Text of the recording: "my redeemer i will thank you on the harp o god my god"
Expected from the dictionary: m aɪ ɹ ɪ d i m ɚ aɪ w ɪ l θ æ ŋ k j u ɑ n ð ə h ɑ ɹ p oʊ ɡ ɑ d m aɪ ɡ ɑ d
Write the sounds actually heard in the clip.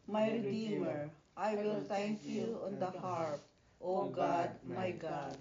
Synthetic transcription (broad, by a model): m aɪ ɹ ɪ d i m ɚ aɪ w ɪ l s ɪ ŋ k j u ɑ n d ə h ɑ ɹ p oʊ ɡ ɑ d m aɪ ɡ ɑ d